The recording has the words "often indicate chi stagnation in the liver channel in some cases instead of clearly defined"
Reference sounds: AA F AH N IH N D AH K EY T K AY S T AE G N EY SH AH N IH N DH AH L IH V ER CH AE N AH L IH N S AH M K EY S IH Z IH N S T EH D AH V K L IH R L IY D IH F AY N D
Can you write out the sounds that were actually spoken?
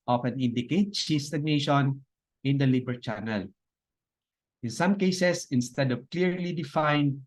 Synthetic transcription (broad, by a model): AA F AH N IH N D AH K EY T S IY S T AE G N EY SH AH N IH N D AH L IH B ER CH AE N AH L IH N S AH M K EY S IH S IH N S T EH D AH V K L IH R L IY D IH F AY N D